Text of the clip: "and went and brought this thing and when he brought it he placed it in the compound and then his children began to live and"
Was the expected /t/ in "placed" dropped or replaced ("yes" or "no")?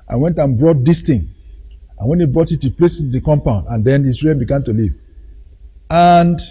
yes